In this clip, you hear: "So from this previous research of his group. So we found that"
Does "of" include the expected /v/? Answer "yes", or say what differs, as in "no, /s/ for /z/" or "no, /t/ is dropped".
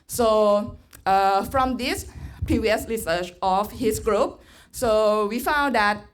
no, /f/ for /v/